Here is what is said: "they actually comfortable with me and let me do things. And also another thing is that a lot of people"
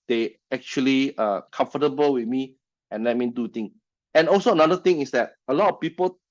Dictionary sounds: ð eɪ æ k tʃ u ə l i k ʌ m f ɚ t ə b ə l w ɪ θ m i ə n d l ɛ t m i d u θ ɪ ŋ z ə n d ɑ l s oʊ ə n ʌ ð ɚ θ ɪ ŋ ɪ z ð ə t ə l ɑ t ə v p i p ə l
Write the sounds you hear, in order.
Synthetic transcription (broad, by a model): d eɪ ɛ k tʃ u ə l i k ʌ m f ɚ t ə b ə l w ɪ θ m i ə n l ɛ t m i d u t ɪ ŋ ə n ɑ l s oʊ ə n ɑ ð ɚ t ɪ ŋ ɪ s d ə t ə l ɑ t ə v p i p ə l